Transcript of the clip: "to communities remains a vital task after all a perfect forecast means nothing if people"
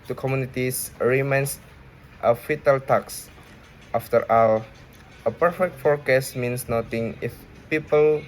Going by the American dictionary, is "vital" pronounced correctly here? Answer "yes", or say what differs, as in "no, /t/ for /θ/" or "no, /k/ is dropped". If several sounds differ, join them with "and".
no, /f/ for /v/